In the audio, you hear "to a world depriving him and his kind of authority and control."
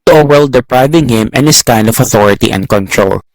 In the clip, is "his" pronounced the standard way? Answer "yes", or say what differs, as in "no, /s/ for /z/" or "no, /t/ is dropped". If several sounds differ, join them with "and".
no, /s/ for /z/